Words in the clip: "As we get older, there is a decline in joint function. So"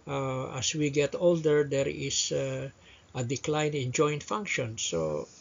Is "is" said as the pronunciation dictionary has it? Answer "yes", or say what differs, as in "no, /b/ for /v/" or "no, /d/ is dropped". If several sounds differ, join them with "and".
no, /s/ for /z/